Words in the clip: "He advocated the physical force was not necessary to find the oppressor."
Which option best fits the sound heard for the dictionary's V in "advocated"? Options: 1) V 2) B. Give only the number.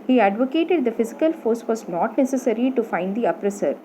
1